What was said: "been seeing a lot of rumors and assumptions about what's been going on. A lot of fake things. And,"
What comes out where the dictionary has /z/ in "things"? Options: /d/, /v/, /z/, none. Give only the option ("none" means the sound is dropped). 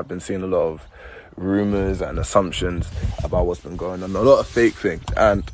none